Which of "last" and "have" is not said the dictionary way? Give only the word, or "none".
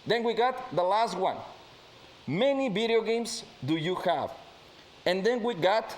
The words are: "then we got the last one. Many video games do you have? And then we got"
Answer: none